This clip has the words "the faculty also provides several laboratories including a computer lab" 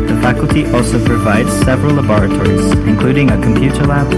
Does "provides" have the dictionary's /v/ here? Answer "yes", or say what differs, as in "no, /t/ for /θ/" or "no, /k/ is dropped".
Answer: yes